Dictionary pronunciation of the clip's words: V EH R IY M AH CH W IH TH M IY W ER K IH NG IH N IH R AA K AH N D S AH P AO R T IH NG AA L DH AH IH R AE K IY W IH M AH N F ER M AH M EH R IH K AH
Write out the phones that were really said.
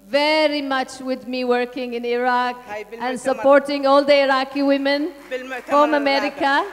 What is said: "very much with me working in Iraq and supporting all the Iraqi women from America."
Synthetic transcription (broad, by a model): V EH R IY M AH CH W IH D M IY W ER K IH NG IH N IH R AA K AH N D S AH P AO R T IH NG AA L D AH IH R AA K IY W IH M AH N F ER M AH M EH R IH K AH